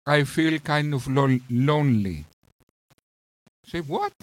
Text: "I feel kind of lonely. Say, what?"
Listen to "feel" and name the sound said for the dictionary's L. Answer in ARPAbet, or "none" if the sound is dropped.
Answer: L